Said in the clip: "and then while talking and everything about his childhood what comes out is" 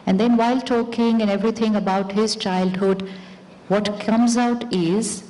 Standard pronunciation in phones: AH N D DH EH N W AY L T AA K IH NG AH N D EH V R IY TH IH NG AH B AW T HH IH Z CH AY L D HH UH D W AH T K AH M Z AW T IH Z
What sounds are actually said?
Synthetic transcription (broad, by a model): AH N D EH N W AY L T AA K IH NG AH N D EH V R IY T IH NG AH B AW T HH IH Z CH AY L D HH UH D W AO T K AH M Z AW T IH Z